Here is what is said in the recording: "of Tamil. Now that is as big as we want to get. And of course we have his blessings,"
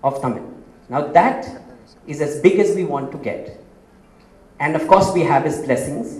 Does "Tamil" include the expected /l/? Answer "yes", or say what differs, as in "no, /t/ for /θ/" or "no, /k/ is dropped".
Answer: no, /n/ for /l/